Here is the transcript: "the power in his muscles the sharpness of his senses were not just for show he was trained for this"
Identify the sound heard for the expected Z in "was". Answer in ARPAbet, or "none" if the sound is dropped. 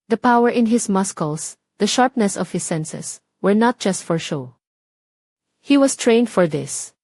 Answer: S